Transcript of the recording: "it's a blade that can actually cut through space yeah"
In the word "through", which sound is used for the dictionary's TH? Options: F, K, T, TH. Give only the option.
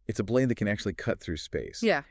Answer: TH